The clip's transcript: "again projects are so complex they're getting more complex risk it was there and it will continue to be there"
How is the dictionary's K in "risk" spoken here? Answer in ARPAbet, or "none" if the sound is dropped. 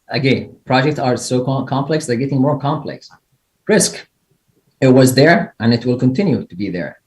K